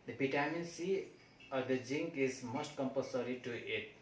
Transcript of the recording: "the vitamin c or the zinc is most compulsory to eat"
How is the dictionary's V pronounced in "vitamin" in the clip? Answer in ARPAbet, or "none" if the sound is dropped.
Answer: B